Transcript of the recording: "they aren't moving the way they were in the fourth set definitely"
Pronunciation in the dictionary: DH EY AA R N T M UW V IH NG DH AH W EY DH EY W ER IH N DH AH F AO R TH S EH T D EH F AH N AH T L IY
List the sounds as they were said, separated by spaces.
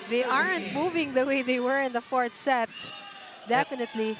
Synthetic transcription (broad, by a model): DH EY AA R N T M UW V IH NG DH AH W EY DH EY W ER IH N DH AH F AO R T S EH T D EH F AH N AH T L IY